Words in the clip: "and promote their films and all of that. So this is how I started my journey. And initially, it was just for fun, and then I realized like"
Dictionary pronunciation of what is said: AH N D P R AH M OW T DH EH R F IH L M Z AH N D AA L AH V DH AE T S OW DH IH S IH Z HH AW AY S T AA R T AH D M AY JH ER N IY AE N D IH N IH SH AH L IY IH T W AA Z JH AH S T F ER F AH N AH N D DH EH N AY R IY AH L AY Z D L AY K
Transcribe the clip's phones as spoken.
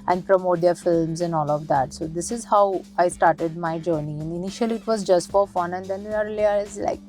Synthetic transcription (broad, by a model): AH N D P R AH M OW T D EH R F IH L M Z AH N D AA L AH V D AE T S OW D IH S IH Z HH AW AY S T AA R T AH D M AY JH ER N IY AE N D IH N IH SH AH L IY IH T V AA Z JH AH S T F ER F AH N AH N D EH N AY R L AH AY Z L AY K